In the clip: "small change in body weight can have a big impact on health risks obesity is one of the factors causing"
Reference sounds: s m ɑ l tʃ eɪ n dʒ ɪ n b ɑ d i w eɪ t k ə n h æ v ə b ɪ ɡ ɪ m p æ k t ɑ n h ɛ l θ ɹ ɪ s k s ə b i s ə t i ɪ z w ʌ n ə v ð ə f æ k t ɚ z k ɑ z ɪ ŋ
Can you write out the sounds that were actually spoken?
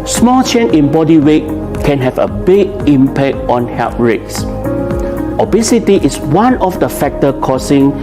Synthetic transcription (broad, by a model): s m ɑ l tʃ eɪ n ɪ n b ɑ d i w eɪ t k ə n h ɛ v ə b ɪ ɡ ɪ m p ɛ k t ɑ n h ɛ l t ɹ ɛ k s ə b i s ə t i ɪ s w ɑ n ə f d ə f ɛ k t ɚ k ɑ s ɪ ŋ